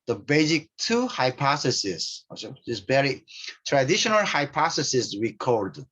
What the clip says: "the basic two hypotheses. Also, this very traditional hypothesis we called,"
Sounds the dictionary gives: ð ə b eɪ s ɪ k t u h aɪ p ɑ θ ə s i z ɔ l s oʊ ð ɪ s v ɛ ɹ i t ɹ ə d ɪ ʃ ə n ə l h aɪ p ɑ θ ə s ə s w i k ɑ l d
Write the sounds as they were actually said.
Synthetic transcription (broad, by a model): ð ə b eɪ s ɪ k t u h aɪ p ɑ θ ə s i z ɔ s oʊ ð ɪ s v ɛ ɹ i t ɹ ə d ɪ ʃ ə n ə l h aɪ p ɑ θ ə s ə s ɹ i k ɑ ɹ d